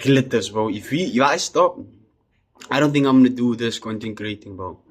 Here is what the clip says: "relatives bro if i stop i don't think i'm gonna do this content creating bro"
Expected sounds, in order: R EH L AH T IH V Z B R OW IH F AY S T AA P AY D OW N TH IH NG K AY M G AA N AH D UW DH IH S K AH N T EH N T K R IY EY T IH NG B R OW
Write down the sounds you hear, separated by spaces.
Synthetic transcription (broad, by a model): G L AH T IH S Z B OW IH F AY S T AA P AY D OW N TH IH NG K AY M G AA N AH D UW DH IH S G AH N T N K R IY EY T IH NG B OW